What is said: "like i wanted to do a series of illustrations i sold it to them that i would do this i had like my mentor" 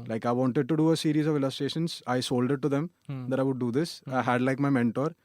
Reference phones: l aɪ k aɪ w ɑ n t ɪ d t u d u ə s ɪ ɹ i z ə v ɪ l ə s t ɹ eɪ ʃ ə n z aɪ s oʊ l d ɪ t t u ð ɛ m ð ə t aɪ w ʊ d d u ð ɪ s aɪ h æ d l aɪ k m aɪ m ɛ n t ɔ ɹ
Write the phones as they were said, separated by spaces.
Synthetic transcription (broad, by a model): l aɪ k aɪ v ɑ n t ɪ d t u d u ə s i ɹ i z ə v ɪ l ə s t ɹ eɪ ʃ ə n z aɪ s oʊ l d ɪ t t u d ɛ m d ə t aɪ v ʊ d d u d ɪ s aɪ h æ d l aɪ k m aɪ m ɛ n t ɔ ɹ